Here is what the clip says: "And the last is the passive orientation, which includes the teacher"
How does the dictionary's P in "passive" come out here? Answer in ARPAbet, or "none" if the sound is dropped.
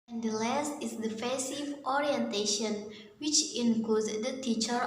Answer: F